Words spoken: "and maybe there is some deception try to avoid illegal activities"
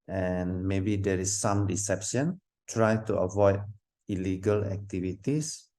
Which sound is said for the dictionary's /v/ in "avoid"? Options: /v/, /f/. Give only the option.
/v/